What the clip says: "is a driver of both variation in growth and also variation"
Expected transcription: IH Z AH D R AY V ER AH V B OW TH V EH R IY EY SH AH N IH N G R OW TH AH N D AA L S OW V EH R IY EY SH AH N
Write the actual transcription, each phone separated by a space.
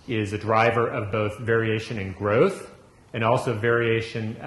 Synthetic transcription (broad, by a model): IH Z AH D R AY V ER AH V B OW TH V EH R IY EY SH AH N IH N G R OW TH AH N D AA L S OW V EH R IY EY SH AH N